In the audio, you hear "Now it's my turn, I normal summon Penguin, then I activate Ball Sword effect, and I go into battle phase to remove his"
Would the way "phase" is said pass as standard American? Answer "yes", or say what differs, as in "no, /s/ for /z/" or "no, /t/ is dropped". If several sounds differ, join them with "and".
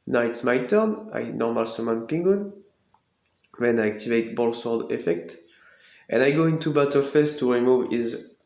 no, /s/ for /z/